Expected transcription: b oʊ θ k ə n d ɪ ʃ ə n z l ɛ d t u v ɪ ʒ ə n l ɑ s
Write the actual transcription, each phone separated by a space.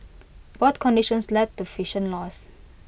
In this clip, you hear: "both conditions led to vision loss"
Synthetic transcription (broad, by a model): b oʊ t k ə n d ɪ ʃ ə n s l ɛ d t u f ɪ ʃ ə n l ɑ s